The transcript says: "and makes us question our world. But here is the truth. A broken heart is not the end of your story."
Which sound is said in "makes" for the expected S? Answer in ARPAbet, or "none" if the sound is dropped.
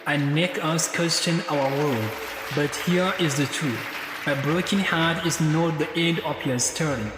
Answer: none